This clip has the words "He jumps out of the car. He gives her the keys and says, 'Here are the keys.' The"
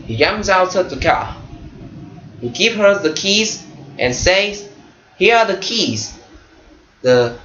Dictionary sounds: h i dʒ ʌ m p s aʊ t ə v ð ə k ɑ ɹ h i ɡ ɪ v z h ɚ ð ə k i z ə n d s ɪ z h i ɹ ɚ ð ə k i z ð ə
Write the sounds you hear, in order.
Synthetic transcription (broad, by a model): h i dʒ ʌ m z aʊ t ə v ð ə k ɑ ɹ h i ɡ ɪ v h ɚ ð ə k i z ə n s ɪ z h i ɹ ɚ ð ə k i z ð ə